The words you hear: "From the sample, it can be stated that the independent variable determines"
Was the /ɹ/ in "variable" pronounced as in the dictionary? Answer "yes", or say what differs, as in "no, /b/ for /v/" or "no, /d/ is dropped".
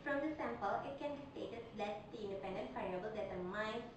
no, /ɹ/ is dropped